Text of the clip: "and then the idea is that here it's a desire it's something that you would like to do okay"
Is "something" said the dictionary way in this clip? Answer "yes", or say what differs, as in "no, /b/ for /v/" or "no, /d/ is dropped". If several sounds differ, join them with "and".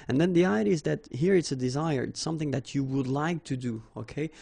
yes